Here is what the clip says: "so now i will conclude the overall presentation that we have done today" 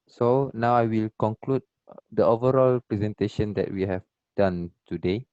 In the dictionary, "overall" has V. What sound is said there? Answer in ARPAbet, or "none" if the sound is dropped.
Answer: V